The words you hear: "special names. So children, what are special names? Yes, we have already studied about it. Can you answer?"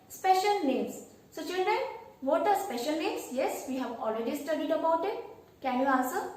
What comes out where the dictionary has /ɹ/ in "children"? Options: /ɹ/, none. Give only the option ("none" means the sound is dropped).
/ɹ/